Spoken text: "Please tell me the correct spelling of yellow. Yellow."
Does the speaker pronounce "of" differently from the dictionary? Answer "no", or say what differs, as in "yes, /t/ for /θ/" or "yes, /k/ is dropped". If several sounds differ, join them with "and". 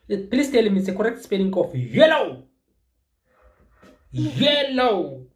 yes, /f/ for /v/